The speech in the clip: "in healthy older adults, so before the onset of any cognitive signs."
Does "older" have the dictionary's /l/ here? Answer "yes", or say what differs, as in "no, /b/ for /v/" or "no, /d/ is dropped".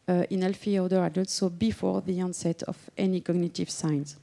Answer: no, /l/ is dropped